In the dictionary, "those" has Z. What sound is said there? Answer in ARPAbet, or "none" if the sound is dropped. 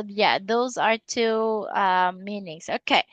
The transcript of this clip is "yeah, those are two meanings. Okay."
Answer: Z